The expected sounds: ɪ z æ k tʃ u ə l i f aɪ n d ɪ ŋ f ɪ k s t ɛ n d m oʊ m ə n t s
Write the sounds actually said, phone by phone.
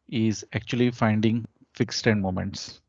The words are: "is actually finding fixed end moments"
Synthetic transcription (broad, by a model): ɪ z æ k tʃ u ə l i f aɪ n d ɪ ŋ f ɪ k s t ɛ n d m oʊ m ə n t s